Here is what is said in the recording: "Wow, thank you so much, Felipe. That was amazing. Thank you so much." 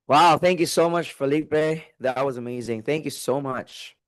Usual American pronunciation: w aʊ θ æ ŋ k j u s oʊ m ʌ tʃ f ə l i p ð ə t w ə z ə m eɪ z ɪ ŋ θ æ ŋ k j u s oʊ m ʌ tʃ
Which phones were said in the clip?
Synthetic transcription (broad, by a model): w aʊ θ æ ŋ k j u s oʊ m ʌ tʃ f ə l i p ð ə t w ə z ə m eɪ z ɪ ŋ θ æ ŋ k j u s oʊ m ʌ tʃ